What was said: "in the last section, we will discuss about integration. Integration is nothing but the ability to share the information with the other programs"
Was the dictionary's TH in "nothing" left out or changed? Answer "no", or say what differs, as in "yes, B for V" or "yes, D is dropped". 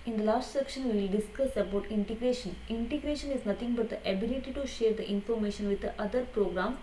yes, T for TH